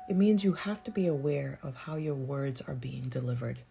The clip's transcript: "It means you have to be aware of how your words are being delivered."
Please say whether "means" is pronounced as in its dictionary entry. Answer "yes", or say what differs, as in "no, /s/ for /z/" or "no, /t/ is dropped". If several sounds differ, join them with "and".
yes